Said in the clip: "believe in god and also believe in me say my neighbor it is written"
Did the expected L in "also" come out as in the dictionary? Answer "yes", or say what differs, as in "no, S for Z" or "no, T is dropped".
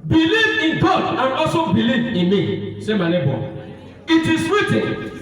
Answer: no, L is dropped